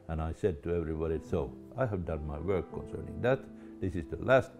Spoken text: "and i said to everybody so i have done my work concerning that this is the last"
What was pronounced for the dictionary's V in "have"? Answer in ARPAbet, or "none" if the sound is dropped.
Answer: V